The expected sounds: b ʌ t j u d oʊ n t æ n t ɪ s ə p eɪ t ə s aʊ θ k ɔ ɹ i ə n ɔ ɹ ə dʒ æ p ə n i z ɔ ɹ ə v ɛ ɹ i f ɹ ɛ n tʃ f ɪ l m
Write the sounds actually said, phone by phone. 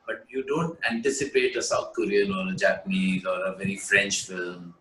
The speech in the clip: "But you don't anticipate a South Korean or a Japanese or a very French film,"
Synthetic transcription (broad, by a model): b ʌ t j u d oʊ n t æ n t ɪ s ə p eɪ t ə s aʊ t k ɔ ɹ i ə n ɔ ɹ ə dʒ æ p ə n i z ɔ ɹ ə v ɛ ɹ i f ɹ ɛ n tʃ f ɪ l m